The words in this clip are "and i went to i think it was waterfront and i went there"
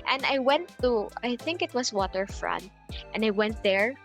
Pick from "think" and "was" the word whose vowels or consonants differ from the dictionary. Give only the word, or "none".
was